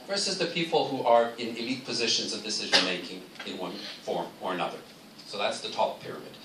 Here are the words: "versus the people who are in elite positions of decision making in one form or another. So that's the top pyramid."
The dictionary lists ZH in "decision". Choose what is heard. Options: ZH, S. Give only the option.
ZH